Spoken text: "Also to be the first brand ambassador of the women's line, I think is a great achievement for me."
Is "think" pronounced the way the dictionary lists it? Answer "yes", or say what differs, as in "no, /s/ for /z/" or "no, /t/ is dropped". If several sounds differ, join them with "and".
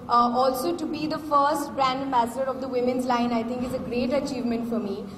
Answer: no, /t/ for /θ/